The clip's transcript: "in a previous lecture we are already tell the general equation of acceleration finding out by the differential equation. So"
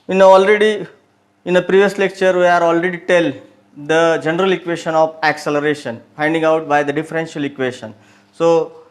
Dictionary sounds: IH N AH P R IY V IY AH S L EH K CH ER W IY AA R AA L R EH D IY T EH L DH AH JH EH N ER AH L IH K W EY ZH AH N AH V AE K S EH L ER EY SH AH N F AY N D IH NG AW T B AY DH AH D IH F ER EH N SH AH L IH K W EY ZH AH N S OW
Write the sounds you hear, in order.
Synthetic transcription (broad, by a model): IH N AH P R IY V IY AH S L EH K CH ER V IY AA R AA L R EH D IY T EH L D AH JH EH N ER AH L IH K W EY SH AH N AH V AE K S EH L ER EY SH AH N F AY N D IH NG AW T B AY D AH D IH F ER EH N SH AH L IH K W EY SH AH N S OW